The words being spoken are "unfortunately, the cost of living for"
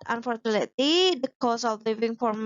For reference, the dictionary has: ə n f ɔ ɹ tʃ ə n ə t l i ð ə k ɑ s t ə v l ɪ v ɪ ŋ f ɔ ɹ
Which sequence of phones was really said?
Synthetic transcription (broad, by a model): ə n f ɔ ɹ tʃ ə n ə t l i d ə k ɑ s ə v l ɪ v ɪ ŋ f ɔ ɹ